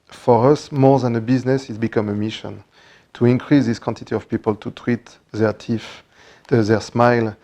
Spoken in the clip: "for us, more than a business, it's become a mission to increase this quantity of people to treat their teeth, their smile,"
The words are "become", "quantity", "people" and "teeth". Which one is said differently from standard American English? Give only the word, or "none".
teeth